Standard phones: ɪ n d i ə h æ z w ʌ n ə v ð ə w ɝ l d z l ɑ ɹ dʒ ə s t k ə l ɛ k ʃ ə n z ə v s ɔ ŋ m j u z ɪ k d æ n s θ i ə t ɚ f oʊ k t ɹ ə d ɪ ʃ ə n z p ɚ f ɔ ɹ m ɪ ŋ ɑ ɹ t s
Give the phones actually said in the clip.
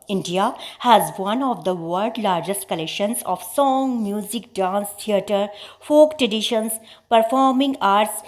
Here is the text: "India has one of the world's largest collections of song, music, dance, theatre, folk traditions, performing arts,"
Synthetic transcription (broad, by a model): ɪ n d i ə h æ z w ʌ n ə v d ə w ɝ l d l ɑ ɹ dʒ ə s t k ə l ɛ k ʃ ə n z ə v s ɔ ŋ m j u z ɪ k d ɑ n s t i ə t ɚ f oʊ k t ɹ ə d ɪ ʃ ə n s p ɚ f ɔ ɹ m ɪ ŋ ɑ ɹ t s